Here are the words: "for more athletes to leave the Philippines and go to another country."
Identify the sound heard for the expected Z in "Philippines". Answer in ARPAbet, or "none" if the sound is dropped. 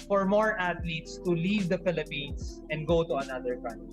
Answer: S